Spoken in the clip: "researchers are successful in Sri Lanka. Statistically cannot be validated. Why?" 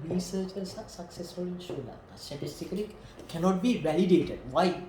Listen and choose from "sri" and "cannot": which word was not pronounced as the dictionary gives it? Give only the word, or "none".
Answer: sri